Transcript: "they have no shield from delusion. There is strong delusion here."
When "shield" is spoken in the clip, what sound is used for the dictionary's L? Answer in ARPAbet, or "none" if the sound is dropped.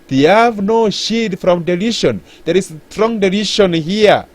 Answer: none